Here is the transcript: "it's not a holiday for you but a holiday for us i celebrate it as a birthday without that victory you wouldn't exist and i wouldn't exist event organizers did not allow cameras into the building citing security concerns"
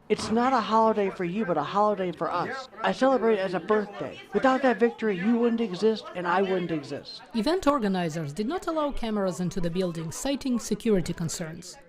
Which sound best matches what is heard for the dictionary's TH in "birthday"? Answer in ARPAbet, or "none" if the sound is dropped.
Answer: TH